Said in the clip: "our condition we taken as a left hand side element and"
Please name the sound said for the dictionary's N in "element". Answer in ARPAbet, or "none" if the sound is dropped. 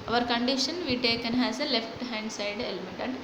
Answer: none